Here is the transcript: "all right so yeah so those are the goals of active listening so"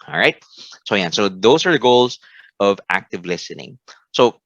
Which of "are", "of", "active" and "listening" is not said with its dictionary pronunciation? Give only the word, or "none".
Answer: none